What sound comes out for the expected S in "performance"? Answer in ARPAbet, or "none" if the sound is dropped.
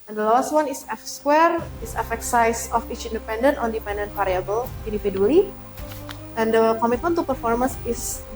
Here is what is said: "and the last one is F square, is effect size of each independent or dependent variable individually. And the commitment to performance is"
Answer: S